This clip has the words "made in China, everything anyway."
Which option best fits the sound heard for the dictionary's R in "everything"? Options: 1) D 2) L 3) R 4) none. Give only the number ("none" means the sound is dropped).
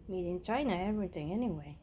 4